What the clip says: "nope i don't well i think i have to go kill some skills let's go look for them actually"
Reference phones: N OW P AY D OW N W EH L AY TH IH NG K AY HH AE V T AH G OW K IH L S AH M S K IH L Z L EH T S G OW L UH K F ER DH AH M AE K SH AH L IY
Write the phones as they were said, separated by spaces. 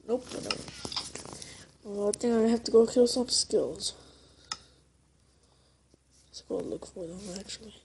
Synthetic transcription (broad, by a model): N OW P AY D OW AY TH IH NG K AY HH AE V T AH G OW K IH L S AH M S K IH L Z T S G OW L UH K F ER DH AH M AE K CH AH L IY